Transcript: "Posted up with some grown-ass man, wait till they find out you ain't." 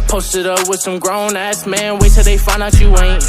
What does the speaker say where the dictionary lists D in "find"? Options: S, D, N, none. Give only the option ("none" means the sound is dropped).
none